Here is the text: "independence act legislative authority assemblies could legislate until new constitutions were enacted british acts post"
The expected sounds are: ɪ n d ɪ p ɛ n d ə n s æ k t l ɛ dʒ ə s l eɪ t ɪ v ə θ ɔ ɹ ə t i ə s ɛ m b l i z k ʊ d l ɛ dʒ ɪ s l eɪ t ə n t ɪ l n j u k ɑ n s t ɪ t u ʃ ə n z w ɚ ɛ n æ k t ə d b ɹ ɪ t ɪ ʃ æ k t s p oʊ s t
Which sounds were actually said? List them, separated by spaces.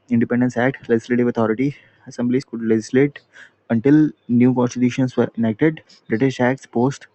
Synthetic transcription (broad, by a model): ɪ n d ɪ p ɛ n d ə n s æ k t l ɛ dʒ ə s l eɪ t ɪ v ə t ɔ ɹ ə t i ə s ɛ m b l i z k ʊ d l ɛ dʒ ɪ s l eɪ t ə n t ɪ l n j u k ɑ n s t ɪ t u ʃ ə n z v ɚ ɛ n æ k t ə d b ɹ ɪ t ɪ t æ k t s p oʊ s t